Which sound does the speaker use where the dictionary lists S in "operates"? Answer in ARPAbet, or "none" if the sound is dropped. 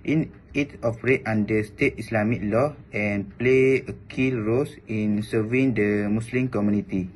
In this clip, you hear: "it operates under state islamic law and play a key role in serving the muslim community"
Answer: none